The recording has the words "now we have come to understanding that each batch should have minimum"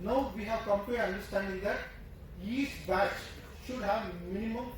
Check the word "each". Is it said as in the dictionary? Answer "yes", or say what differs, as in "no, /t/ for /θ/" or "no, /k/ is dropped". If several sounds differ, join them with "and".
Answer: no, /s/ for /tʃ/